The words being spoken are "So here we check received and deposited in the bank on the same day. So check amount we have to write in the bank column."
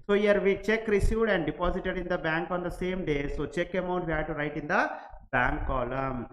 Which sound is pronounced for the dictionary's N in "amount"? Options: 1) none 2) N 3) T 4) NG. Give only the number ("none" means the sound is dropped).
1